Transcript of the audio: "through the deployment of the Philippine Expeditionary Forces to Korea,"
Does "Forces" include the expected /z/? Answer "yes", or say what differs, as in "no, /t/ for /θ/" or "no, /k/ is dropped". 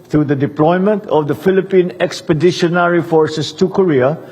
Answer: no, /s/ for /z/